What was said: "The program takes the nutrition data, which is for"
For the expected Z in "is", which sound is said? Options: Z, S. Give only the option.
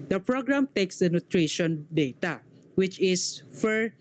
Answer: S